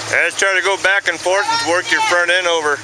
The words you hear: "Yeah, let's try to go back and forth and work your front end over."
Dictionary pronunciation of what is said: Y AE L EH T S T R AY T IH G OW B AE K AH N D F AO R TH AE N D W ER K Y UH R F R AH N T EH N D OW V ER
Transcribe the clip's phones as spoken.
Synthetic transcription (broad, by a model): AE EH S T R AY T IH G OW B AE K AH N F AO R TH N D W ER K Y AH R F R AH N T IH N OW V ER